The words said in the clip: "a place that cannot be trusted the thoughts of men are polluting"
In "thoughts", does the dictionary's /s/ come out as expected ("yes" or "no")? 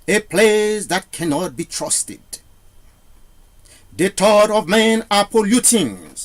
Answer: no